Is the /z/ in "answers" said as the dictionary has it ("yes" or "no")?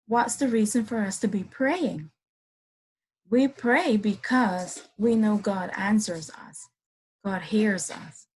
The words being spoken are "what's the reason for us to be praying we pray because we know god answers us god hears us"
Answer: yes